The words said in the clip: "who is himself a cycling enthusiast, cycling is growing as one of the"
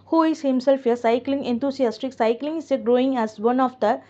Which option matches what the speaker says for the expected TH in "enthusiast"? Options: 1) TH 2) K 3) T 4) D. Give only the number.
3